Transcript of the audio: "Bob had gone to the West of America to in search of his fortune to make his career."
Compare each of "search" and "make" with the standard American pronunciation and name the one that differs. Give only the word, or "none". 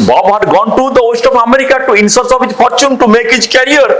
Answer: search